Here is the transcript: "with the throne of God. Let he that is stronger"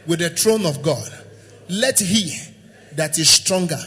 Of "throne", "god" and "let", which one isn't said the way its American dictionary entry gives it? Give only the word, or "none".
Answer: throne